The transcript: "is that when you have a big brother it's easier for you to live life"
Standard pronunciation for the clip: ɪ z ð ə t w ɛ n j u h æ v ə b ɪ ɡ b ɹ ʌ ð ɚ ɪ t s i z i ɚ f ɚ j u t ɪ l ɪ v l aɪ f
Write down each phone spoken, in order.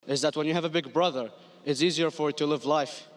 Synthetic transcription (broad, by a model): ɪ z ð ə t w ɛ n j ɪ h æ v ə b ɪ ɡ b ɹ ʌ ð ɚ ɪ t s i z i ɚ f ɚ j t ɪ l ɪ v l aɪ f